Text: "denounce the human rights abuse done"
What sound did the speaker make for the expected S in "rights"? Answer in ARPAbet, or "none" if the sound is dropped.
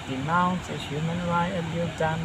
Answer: none